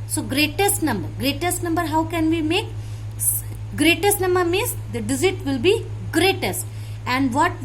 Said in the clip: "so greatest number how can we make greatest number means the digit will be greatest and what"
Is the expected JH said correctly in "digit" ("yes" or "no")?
no